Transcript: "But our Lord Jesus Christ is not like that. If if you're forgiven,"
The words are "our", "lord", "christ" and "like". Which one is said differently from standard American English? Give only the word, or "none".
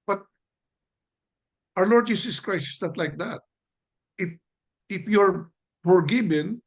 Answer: christ